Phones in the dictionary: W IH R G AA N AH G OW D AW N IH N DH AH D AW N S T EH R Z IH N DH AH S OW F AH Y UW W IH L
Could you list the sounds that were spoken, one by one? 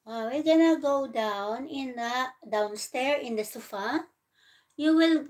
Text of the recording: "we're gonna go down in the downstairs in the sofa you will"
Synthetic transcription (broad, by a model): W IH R G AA N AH G OW D AW N IH N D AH D AW N S T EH R IH N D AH S OW F AH Y UW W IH L